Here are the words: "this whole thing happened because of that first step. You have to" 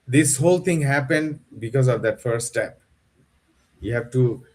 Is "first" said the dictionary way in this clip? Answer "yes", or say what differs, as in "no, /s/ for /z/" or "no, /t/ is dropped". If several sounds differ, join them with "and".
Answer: no, /s/ is dropped